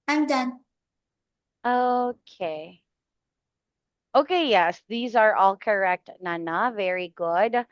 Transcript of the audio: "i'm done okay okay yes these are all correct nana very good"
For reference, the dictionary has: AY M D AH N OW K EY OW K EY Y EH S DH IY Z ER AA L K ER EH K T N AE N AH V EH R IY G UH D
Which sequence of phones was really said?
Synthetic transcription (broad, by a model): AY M D AH N OW K EY OW K EY Y EH S DH IY Z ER AA L K ER EH K T N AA N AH V EH R IY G UH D